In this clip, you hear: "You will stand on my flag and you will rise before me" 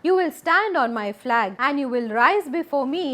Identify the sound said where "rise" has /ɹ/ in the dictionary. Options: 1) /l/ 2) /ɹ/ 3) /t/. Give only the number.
2